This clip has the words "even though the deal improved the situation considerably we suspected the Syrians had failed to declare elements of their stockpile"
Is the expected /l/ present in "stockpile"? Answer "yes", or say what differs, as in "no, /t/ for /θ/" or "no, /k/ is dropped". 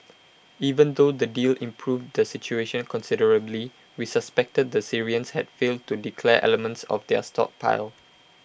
yes